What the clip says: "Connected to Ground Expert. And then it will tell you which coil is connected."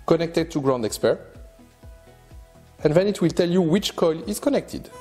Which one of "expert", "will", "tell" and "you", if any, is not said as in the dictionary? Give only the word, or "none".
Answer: none